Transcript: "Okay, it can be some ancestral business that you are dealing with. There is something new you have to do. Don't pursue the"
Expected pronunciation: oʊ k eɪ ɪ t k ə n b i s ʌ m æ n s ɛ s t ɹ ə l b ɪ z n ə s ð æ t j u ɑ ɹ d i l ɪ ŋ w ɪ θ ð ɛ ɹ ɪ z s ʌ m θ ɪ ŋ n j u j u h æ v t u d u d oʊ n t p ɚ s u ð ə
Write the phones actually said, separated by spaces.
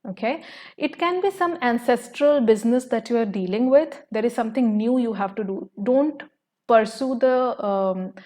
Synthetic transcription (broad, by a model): oʊ k eɪ ɪ t k ə n b i s ʌ m æ n s ɛ s t ɹ ə l b ɪ z n ə s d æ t j u ɑ ɹ d i l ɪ ŋ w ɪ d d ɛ ɹ ɪ z s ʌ m t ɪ ŋ n j u j u h æ v t u d u d oʊ n t p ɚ s u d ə